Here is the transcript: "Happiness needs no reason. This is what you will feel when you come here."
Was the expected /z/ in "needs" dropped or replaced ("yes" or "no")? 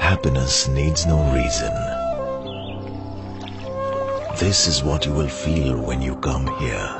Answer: no